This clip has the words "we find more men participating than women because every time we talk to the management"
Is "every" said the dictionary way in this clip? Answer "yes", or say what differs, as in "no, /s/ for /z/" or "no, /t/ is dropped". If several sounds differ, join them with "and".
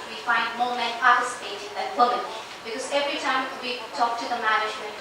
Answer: yes